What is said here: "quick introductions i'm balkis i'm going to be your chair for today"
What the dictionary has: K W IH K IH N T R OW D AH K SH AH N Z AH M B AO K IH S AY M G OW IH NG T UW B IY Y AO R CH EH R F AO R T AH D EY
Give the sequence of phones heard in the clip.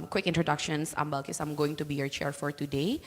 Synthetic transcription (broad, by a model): K W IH K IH N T R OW D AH K SH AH N S AH M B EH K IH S AY M G OW IH NG T UW B IY Y AO R CH EH R F AO R T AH D EY